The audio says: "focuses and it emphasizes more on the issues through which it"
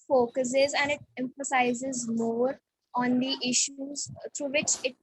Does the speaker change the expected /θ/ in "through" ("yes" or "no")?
yes